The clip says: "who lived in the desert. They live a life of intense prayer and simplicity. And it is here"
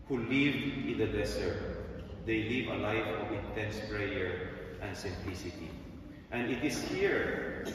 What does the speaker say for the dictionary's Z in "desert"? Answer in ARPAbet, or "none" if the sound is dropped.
S